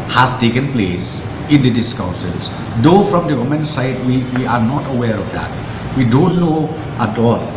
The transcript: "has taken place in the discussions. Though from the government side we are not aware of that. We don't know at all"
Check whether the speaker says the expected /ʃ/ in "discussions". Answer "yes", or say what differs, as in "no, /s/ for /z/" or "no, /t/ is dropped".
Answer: no, /s/ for /ʃ/